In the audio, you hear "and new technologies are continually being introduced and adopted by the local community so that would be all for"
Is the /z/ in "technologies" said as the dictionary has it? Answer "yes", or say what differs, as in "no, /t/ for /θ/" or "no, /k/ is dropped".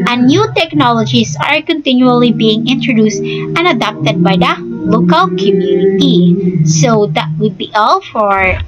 no, /s/ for /z/